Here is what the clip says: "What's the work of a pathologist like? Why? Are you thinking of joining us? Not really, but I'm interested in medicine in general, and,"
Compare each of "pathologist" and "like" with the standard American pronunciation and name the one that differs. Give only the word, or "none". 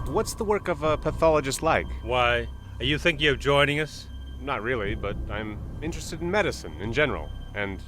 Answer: none